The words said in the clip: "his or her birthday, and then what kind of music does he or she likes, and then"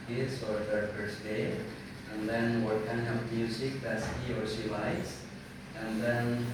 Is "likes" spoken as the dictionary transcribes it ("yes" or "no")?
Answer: no